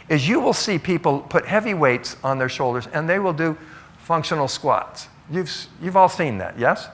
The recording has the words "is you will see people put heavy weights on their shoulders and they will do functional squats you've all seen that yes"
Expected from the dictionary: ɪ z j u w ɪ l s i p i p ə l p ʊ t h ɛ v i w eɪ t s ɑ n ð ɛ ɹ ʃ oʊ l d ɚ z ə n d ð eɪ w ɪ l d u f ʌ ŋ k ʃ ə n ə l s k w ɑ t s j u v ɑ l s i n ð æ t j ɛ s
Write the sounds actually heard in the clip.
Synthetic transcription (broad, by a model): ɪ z j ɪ w ɪ l s i p i p l p ʊ t h ɛ v i w eɪ t s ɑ n ð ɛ ɹ ʃ oʊ l d ɚ z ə n ð eɪ w ɪ l d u f ʌ ŋ k ʃ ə n l s k w ɑ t s j u v ɑ l s i n ð æ t j ɛ s